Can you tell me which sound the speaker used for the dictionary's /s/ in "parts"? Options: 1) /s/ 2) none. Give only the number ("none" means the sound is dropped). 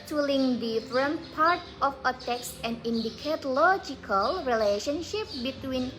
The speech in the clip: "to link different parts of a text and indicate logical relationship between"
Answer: 2